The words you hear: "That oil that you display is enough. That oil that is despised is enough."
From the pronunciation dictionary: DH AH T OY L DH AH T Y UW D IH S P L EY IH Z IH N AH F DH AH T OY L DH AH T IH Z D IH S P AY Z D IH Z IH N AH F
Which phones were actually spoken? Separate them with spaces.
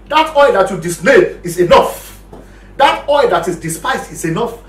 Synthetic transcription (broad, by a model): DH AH T OY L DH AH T Y UW D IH S L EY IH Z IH N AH F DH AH T OY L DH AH T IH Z D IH S P AY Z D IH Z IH N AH F